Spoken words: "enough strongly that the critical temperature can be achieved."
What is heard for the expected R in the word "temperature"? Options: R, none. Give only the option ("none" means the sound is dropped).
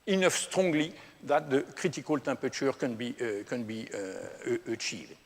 none